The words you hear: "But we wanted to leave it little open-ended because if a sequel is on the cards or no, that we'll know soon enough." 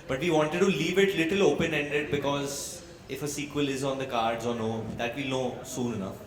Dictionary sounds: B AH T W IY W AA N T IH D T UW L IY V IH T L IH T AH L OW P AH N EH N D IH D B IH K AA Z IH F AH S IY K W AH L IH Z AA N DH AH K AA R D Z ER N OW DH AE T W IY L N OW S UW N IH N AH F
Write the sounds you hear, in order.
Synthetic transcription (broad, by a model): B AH T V IY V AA N T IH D T UW L IY V IH T L IH T AH L OW P AH N EH N D IH D B IH K AA Z IH F AH S IY K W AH L IH Z AA N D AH K AA R D Z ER N OW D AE T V IY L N OW S UW N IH N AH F